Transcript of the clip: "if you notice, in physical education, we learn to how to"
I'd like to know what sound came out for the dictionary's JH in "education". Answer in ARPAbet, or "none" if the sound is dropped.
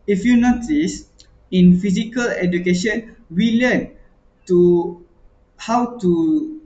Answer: JH